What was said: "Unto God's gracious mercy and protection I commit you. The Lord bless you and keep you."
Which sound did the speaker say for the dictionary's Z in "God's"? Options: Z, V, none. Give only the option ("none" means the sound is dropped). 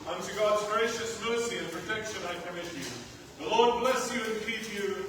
Z